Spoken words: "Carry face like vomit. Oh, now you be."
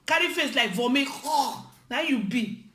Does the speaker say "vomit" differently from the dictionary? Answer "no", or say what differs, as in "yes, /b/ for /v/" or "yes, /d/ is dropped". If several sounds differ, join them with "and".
yes, /t/ is dropped